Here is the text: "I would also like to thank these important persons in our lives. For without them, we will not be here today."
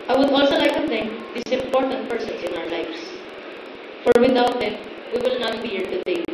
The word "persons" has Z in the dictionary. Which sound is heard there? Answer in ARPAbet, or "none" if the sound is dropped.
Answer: S